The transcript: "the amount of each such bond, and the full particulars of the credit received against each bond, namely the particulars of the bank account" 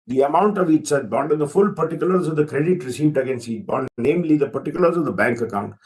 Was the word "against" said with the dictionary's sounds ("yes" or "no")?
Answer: yes